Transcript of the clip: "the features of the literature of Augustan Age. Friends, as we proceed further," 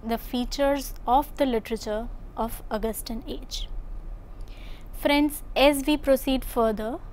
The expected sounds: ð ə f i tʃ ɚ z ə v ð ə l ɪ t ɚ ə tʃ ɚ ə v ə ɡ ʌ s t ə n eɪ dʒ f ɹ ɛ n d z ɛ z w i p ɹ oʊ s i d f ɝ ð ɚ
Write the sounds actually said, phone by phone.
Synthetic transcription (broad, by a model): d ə f i tʃ ɚ z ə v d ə l ɪ t ɚ ə tʃ ɚ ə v ə ɡ ʌ s t ə n eɪ dʒ f ɹ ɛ n d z ɛ z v i p ɹ oʊ s i d f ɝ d ɚ